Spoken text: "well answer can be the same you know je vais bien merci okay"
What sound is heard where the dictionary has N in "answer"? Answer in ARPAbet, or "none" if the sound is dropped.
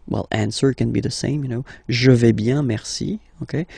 N